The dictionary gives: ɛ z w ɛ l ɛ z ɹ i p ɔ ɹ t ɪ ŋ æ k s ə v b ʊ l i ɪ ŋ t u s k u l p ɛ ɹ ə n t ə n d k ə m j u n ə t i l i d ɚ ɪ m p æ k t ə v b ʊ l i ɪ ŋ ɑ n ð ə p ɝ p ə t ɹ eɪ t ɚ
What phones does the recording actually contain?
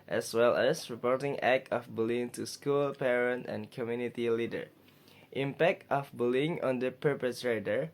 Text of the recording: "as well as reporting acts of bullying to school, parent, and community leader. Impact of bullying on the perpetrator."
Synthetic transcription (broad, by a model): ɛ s w ɛ l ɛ s ɹ i p ɔ ɹ t ɪ ŋ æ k ə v b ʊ l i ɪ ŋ t u s k u l p ɛ ɹ ə n t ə n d k ə m j u n ə t i l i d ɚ ɪ m p æ k t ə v b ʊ l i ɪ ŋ ɑ n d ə p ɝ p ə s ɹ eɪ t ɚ